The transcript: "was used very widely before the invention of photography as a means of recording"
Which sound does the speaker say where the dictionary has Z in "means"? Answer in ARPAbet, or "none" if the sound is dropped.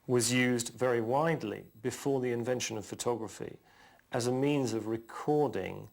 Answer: Z